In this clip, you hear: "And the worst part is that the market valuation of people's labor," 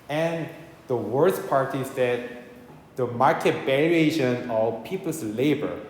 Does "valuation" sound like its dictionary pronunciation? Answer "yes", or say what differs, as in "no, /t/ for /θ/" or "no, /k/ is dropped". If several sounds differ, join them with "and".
no, /b/ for /v/